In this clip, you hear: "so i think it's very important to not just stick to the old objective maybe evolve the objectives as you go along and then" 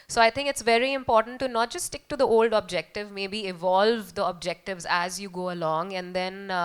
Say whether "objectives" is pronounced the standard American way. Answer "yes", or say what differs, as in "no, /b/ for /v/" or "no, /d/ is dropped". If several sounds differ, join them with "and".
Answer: yes